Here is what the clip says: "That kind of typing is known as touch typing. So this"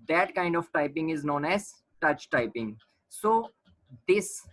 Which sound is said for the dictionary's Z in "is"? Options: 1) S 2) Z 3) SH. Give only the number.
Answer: 2